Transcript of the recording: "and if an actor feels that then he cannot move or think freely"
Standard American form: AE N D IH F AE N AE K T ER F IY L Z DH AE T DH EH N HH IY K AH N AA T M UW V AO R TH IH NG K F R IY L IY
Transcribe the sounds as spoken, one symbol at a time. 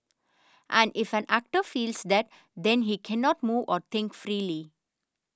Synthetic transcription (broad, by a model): AE N D IH F AE N AE K T ER F IY L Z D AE T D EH N HH IY K AH N AA T M UW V AO R T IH NG K F R IY L IY